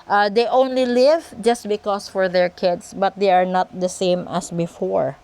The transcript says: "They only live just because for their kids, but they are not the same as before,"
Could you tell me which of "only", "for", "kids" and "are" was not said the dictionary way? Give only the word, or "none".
kids